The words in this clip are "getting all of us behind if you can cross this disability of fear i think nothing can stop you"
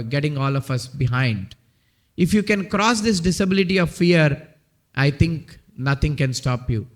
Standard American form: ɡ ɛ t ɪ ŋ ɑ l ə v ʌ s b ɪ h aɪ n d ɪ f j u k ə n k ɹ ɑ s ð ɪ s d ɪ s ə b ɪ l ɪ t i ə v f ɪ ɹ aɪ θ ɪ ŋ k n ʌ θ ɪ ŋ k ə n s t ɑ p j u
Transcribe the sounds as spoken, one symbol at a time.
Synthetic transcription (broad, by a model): ɡ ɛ t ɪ ŋ ɑ l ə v ʌ s b ɪ h aɪ n d ɪ f j u k ə n k ɹ ɑ s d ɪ s d ɪ s ə b ɪ l ɪ t i ə v f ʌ ɹ aɪ t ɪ ŋ k n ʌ t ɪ ŋ k ə n s t ɑ p j u